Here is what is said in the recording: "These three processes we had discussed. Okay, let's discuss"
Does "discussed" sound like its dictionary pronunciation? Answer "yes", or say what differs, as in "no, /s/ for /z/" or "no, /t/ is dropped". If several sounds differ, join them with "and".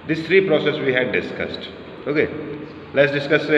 yes